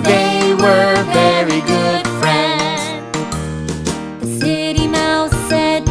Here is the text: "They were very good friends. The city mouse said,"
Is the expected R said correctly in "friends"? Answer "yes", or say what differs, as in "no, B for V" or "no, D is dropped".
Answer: yes